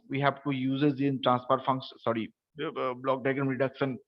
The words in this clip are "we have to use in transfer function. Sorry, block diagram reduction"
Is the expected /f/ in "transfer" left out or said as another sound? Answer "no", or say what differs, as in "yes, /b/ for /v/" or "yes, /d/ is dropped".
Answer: yes, /p/ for /f/